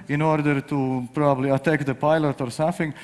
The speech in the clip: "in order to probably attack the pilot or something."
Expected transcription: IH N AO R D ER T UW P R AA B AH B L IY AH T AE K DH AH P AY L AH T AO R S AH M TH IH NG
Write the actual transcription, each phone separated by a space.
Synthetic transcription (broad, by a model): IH N AO R D ER T UW P R AA B AH B L IY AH T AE K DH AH P AY L AH T AO R S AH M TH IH NG